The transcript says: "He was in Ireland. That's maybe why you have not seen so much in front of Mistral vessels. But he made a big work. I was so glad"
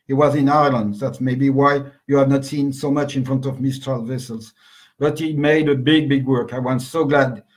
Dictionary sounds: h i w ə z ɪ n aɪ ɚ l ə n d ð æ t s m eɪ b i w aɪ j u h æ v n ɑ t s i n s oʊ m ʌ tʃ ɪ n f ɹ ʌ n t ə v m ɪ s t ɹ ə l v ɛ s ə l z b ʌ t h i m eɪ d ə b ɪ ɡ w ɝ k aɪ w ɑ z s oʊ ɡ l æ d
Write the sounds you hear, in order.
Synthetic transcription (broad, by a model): h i w ə z ɪ n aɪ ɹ l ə n d ð æ t s m eɪ b i w aɪ j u h æ v n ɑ t s i n s oʊ m ʌ tʃ ɪ n f ɹ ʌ n t ə v m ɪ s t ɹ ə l v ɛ s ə l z b ʌ t h i m eɪ d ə b ɪ ɡ w ɝ k aɪ w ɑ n s oʊ ɡ l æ d